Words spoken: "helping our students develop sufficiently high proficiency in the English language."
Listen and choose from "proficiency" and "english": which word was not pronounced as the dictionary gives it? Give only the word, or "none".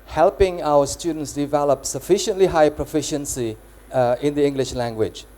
none